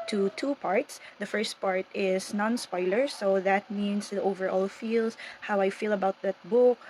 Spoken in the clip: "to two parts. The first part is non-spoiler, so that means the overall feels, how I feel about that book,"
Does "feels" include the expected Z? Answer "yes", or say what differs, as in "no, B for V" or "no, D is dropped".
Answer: no, S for Z